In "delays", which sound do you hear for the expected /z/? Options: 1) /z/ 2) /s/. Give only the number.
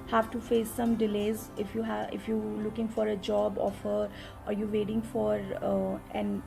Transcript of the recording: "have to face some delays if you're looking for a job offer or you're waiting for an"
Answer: 1